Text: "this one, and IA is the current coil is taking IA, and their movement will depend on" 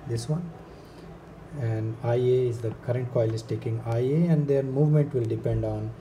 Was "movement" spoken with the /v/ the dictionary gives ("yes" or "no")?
yes